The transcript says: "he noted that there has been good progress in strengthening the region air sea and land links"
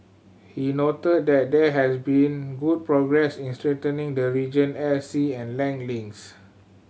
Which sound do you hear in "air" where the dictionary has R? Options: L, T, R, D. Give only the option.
L